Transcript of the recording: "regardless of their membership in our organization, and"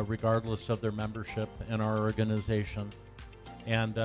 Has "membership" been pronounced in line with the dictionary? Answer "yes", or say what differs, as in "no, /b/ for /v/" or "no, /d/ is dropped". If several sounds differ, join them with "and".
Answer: yes